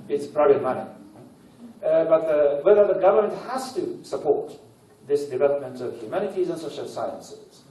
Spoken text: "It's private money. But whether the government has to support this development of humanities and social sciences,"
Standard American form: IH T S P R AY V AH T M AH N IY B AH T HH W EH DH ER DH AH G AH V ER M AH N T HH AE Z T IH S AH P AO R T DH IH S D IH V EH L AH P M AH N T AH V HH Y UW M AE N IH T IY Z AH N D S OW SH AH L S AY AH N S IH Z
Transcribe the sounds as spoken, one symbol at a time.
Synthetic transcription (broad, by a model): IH T S P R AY B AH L M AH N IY B AH T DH W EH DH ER DH AH G AH V ER M AH N T HH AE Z T IH S AH P AO R T DH IH S D IH V EH L AH P M AH N T AH V HH Y UW M AE N IH T IY Z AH N S OW SH AH L S AY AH N S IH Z